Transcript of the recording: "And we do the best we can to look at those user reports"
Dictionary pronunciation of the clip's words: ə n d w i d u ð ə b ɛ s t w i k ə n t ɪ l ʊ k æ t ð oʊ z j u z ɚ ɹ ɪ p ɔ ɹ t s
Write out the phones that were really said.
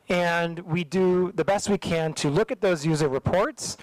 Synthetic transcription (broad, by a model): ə n w i d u ð ə b ɛ s t w i k ə n t ɪ l ʊ k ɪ t ð oʊ z j u z ɚ ɹ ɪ p ɔ ɹ t s